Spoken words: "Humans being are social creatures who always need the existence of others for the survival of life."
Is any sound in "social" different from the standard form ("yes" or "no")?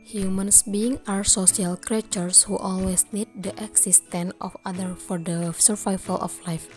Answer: yes